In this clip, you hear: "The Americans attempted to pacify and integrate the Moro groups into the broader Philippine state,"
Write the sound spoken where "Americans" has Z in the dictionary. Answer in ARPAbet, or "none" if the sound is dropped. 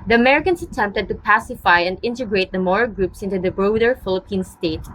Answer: S